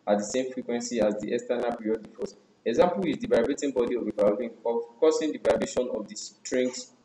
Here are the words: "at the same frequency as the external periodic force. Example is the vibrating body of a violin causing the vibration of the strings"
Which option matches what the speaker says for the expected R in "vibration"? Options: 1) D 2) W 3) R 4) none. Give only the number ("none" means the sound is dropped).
4